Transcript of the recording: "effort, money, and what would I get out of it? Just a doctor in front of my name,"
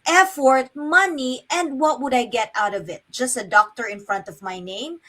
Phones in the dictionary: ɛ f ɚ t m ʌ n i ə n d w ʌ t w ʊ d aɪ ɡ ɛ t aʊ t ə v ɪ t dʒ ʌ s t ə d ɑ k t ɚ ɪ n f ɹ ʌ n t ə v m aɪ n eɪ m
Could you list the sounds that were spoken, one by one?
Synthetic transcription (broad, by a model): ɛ f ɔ t m ʌ n i ə n d w ʌ t w ʊ d aɪ ɡ ɛ t aʊ t ə v ɪ t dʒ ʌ s t ə d ɑ k t ɚ ɪ n f ɹ ʌ n t ə v m aɪ n eɪ m